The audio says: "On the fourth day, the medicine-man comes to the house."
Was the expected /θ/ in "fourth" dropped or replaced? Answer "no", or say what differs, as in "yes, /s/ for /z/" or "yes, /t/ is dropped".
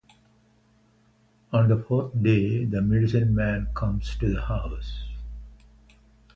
yes, /t/ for /θ/